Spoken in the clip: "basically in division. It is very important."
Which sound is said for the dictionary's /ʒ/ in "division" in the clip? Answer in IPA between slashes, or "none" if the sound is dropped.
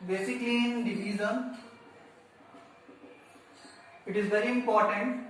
/z/